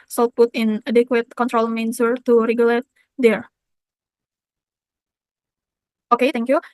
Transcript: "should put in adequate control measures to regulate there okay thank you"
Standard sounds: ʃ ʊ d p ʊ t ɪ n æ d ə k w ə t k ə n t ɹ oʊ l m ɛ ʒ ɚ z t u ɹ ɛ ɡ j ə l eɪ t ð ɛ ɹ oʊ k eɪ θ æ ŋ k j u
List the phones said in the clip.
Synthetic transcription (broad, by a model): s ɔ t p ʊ t ɪ n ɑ d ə k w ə t k ə n t ɹ oʊ l m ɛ s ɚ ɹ t u ɹ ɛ ɡ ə l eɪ t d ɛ ɹ oʊ k eɪ t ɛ ŋ k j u